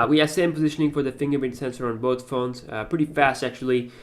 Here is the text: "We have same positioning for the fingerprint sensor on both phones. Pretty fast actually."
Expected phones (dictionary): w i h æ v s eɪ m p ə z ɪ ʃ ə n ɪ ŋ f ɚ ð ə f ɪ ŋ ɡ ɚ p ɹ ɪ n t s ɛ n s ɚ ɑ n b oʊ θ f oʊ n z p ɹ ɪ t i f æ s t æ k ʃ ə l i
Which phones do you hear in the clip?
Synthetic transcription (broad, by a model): w i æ s eɪ m p ə z ɪ ʃ ə n ɪ ŋ f ɚ ð ə f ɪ ŋ ɡ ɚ ɹ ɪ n s ɛ n s ɚ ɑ n b oʊ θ f oʊ n z p ɹ ɪ t i f æ s t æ k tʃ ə l i